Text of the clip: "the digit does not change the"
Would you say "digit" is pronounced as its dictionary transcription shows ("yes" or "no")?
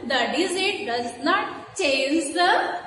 no